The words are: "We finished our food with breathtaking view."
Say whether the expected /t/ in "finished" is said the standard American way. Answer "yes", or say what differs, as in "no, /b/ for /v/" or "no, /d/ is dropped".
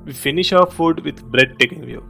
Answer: no, /t/ is dropped